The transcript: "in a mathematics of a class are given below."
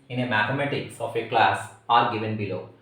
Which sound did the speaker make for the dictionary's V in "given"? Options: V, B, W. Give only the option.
V